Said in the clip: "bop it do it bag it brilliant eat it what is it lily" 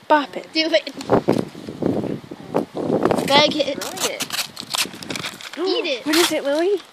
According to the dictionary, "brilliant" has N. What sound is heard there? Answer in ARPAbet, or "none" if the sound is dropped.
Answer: none